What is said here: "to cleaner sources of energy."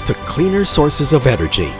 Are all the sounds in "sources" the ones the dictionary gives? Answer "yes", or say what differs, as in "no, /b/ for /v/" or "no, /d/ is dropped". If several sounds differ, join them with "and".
yes